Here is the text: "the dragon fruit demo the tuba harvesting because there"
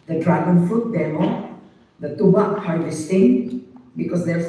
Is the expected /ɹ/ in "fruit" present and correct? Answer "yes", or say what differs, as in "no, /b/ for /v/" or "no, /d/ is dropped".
no, /ɹ/ is dropped